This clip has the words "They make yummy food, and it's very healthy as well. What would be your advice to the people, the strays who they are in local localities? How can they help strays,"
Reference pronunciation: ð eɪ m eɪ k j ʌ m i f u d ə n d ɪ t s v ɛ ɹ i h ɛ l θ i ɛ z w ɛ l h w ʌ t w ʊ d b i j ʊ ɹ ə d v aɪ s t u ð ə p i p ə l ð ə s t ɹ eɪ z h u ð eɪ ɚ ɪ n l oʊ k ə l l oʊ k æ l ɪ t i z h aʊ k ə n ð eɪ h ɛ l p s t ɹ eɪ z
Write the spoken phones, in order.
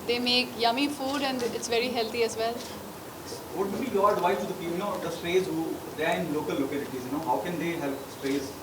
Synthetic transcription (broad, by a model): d eɪ m eɪ k j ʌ m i f u d ə n d ɪ t s v ɛ ɹ i h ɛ l t i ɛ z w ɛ l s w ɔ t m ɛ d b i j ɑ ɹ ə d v aɪ t u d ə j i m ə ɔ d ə s t ɹ eɪ z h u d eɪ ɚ ɪ n l oʊ k ə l l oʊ k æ l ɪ t i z h aʊ k ə n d eɪ h ɛ l p s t ɹ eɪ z